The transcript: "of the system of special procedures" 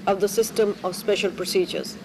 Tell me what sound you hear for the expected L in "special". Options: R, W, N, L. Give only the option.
L